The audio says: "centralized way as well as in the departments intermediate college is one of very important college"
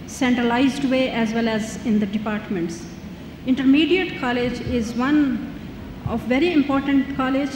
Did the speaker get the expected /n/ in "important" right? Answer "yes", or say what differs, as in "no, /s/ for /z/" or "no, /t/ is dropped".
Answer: yes